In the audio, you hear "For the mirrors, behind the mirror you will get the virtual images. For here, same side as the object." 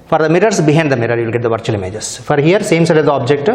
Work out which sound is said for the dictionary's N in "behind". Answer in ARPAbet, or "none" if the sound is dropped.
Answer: none